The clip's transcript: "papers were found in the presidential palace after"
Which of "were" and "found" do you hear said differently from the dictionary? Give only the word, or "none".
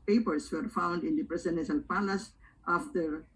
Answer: none